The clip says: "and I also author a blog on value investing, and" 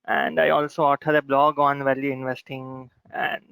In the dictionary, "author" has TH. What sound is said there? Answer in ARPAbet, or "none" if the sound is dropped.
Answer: T